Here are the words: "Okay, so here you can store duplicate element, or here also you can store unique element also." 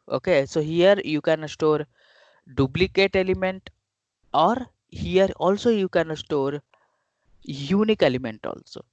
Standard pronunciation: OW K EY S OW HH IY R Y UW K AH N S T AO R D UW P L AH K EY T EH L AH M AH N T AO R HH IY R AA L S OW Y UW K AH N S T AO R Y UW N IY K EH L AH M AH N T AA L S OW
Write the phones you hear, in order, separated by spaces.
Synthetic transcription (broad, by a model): OW K EY S OW HH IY R Y UW K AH N S T AO R D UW B L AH K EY T EH L AH M AH N T AO R HH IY R AA L S OW Y UW K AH N S T AO R Y UW N IY K EH L AH M AH N T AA L S OW